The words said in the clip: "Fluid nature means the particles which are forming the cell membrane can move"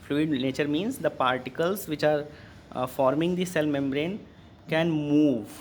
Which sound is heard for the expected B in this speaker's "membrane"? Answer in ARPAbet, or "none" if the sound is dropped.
B